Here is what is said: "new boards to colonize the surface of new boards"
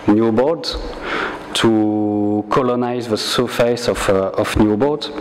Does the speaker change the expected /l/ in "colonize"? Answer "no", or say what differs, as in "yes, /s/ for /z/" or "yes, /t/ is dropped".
no